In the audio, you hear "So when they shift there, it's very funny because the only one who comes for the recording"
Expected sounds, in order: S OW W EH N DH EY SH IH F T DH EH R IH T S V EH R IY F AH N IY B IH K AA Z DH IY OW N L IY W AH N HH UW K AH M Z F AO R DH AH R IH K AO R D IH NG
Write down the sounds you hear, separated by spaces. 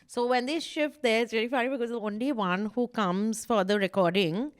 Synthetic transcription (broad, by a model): S OW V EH N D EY SH IH F T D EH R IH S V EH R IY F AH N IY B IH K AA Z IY OW N L IY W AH N HH UW K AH M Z F AO R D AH R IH K AO R D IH NG